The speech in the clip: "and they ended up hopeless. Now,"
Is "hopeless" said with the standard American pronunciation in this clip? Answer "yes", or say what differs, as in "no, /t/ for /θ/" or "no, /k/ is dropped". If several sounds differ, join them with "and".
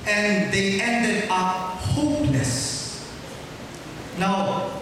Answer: no, /n/ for /l/